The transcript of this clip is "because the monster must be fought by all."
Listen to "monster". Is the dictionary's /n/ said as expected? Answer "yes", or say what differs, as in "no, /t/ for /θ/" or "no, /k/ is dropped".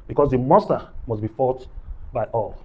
no, /n/ is dropped